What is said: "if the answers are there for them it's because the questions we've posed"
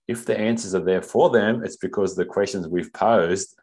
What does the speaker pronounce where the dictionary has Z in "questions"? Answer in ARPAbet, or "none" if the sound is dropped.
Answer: Z